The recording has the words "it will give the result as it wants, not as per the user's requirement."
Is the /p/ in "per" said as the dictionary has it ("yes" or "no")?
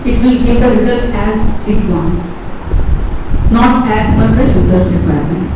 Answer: no